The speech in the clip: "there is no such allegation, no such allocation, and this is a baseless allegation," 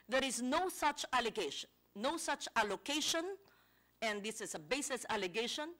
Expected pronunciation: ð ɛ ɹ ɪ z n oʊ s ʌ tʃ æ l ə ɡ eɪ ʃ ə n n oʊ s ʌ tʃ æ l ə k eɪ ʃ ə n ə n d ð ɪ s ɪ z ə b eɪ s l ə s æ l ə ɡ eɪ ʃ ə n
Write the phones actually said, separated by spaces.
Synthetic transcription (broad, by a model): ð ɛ ɹ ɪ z n oʊ s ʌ tʃ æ l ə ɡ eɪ ʃ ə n n oʊ s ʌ tʃ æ l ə k eɪ ʃ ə n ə n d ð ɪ s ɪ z ə b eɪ s ə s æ l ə ɡ eɪ ʃ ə n